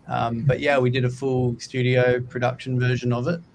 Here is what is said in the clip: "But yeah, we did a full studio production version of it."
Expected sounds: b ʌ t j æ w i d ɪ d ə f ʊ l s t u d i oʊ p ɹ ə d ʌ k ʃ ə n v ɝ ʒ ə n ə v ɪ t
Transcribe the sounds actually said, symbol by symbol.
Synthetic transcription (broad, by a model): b ʌ t j æ w i d ɪ d ə f ʊ l s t u d i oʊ p ɹ ə d ʌ k ʃ ə n v ɝ ʒ ə n ə v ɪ t